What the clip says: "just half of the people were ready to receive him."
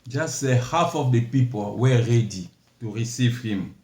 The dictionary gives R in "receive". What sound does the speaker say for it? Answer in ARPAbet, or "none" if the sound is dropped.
R